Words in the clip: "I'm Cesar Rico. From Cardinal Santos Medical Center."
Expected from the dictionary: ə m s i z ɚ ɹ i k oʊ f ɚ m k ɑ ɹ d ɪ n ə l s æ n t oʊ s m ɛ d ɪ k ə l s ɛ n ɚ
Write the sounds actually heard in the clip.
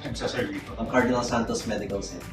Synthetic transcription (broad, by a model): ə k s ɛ s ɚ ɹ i oʊ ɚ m k ɑ ɹ d ɪ n ə l s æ n t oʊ s m ɛ d ɪ k ə l s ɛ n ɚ